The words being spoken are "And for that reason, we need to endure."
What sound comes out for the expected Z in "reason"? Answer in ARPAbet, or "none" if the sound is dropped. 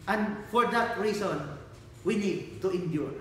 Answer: S